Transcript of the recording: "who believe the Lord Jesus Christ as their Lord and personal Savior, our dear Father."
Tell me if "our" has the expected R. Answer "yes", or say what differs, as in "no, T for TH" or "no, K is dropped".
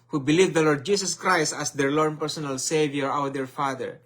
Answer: no, W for R